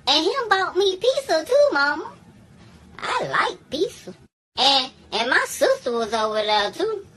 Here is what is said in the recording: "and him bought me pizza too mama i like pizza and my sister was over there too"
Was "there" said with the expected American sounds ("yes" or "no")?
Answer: no